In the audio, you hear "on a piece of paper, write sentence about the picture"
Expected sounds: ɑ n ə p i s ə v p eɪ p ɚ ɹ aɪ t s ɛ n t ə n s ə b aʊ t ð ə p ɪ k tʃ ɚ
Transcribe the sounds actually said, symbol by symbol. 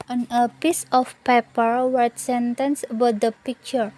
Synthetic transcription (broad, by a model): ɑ n ə p i s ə f p eɪ p ɚ w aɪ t s ɛ n t ə n s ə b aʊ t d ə p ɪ k tʃ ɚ